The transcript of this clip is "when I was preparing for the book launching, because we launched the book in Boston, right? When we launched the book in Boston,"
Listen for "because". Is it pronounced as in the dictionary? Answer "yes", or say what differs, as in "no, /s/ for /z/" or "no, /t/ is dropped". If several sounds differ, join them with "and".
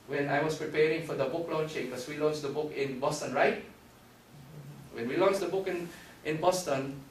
no, /s/ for /z/